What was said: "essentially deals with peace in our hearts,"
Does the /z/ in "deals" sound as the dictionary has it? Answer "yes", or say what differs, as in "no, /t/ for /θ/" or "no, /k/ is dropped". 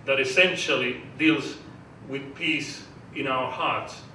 yes